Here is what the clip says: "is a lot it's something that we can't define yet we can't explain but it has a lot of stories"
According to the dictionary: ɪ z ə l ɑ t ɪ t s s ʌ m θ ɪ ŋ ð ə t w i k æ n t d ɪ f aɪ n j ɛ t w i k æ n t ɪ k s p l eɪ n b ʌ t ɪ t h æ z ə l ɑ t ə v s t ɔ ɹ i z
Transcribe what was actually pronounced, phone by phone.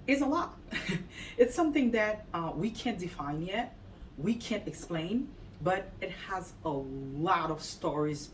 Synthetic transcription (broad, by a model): ɪ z ə l ɑ t ɪ t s s ʌ m θ ɪ ŋ ð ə t w i k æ n d ɪ f aɪ n j ɛ t w i k æ n t ɪ k s p l eɪ n b ʌ t ɪ t h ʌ z ə l ɑ t ə v s t ɔ ɹ i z